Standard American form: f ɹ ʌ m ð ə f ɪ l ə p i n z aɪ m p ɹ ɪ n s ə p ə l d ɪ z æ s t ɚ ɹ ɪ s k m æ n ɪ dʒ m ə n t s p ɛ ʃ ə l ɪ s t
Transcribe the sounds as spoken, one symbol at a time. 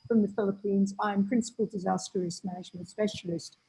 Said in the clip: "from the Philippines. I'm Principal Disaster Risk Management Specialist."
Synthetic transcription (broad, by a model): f ɹ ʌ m ð ə f ɪ l ə p i n z aɪ m p ɹ ɪ n s ə p ə l d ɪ z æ s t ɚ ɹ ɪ s m æ n ɪ dʒ m ə n t s p ɛ ʃ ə l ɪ s t